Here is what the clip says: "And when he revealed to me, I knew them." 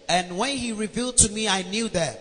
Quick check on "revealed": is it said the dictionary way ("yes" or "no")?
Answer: yes